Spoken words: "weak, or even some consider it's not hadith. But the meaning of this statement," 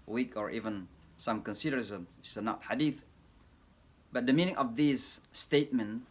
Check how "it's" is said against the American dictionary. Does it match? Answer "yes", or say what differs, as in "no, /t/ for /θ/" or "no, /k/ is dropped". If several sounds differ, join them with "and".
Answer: no, /s/ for /t/